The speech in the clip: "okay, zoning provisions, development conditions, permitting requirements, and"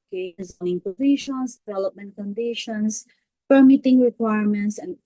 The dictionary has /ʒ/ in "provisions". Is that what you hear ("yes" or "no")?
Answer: no